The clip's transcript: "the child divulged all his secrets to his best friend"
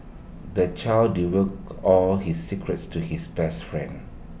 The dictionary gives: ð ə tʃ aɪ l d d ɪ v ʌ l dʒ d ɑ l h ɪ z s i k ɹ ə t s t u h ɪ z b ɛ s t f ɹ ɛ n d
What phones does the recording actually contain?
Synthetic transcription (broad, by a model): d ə tʃ aɪ l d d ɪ w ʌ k ɑ l h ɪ s i k ɹ ə t s t u h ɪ s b ɛ s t f ɹ ɛ n d